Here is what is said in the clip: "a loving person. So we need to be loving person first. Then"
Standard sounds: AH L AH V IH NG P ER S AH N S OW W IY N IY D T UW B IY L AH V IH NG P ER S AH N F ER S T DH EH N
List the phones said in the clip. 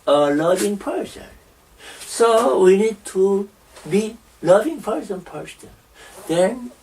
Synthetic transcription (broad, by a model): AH L AH V IH NG P ER S AH N S OW W IY N IY D T UW B IY L AH V IH NG P ER S AH N P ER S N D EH N